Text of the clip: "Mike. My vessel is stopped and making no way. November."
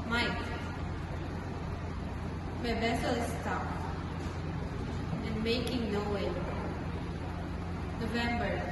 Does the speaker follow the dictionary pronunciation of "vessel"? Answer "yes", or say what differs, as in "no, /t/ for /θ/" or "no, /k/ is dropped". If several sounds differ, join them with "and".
no, /b/ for /v/